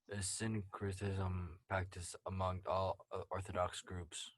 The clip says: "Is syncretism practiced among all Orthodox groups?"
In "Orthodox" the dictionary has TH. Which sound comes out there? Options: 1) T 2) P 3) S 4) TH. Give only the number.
4